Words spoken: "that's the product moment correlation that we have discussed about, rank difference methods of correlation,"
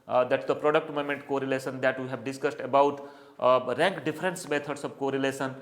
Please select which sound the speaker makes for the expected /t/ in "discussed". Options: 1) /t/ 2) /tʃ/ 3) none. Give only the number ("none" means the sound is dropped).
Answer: 1